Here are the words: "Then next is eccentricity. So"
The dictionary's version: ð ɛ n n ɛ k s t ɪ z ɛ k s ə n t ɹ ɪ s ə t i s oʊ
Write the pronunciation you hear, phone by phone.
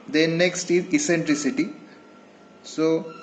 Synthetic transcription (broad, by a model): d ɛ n n ɛ k s t ɪ z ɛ s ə n t ɹ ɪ s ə t i s oʊ